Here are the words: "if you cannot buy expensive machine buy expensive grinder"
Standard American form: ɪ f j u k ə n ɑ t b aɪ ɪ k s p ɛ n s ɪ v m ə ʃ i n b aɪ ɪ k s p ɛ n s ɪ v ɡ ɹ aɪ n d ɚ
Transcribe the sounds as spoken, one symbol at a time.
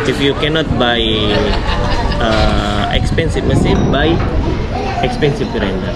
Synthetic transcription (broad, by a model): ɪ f j u k ə n ɑ t b aɪ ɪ k s p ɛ n s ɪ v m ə s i b aɪ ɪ k s p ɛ n s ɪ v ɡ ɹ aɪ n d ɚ